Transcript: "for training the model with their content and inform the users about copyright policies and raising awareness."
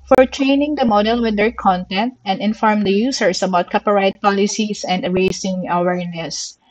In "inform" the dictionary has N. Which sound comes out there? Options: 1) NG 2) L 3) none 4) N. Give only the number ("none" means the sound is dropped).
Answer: 4